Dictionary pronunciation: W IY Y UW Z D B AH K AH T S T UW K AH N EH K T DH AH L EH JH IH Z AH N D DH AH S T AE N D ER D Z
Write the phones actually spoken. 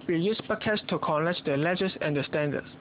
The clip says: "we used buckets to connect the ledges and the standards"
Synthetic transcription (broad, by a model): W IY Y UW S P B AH K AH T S T UW K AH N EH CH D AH L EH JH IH S AH N D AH S T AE N D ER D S